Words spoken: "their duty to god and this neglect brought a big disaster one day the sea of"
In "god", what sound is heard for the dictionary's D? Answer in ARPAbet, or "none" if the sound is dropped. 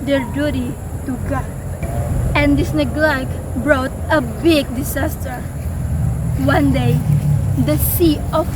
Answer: none